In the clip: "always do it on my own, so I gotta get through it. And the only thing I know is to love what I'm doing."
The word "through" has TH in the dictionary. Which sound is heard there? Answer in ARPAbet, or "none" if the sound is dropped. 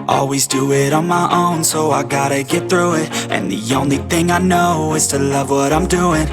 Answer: TH